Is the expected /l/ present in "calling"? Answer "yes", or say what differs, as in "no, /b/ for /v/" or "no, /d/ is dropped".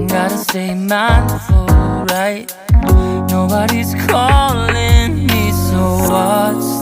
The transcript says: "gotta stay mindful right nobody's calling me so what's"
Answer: yes